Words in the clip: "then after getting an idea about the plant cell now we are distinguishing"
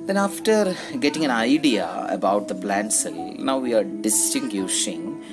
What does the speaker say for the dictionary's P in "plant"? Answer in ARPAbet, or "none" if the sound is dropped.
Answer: B